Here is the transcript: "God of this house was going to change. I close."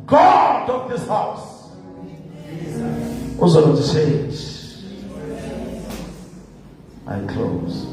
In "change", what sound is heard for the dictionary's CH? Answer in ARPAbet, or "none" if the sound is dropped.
S